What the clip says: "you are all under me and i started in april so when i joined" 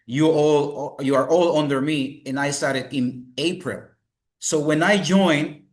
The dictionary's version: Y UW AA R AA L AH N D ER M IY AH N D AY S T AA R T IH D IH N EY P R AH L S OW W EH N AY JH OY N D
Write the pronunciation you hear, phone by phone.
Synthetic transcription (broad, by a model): Y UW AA R AA L AH N D ER M IY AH N AY S T AA R T IH D IH N EY P R AH L S OW W EH N AY JH OY N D